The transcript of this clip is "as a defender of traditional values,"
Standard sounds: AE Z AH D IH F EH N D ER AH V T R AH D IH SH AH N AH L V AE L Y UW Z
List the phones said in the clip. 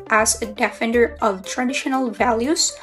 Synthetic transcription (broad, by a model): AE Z AH D IH F EH N D ER AH V T R AH D IH SH AH N AH L V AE L Y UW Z